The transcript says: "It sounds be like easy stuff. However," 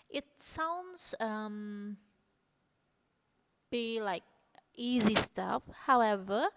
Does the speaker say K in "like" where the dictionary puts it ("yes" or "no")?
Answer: yes